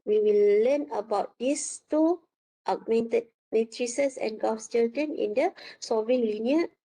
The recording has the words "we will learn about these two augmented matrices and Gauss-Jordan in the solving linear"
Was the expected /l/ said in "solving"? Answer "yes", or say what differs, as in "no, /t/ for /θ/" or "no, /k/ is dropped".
no, /l/ is dropped